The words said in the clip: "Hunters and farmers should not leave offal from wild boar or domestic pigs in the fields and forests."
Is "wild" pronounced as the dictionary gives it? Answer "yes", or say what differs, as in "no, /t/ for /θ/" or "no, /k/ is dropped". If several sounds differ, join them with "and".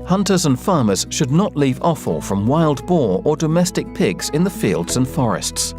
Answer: yes